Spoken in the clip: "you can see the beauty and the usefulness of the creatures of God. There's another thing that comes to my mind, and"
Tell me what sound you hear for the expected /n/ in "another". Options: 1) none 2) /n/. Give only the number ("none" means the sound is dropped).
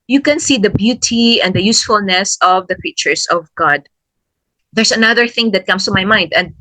2